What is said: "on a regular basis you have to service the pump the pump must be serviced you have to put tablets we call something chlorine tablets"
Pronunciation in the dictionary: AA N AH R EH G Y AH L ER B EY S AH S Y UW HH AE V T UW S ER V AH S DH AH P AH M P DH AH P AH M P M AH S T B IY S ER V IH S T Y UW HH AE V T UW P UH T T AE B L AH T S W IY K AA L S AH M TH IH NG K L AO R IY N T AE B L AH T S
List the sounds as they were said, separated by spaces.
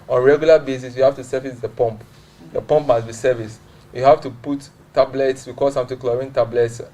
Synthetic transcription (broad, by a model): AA N R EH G Y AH L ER B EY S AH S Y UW HH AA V T UW S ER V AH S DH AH P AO M P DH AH P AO M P M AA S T B IY S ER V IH S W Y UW HH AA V T UW P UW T T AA B L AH T S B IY K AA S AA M T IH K L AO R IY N T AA B L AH T S